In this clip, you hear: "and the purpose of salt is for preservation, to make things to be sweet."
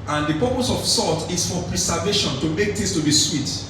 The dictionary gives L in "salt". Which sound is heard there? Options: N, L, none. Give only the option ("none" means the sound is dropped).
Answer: none